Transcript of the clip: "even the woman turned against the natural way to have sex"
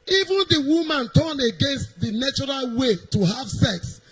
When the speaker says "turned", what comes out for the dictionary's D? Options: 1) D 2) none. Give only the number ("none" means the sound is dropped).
2